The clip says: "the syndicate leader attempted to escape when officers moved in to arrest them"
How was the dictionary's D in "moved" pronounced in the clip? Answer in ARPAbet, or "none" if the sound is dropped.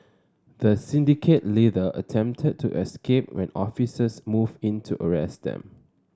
none